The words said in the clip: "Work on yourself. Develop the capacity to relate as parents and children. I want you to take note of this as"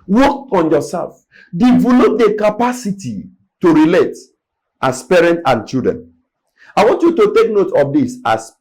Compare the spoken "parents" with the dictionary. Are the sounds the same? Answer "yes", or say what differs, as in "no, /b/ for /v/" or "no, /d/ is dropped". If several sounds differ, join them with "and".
no, /s/ is dropped